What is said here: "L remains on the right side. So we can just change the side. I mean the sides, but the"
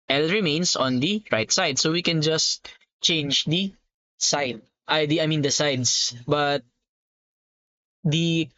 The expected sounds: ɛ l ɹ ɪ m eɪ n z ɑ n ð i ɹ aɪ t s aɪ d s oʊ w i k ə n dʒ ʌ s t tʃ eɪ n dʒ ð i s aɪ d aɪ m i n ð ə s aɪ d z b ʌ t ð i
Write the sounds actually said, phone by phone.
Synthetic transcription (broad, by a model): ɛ l ɹ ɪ m eɪ n s ɑ n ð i ɹ aɪ t s aɪ d s oʊ w i k ə n dʒ ʌ s t tʃ eɪ n dʒ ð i s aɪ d aɪ m i n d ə s aɪ d s b ʌ t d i